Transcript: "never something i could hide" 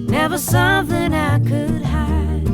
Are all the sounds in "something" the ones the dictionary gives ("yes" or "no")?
yes